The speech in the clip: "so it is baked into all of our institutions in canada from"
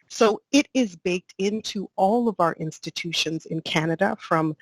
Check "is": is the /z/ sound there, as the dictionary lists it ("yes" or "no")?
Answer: yes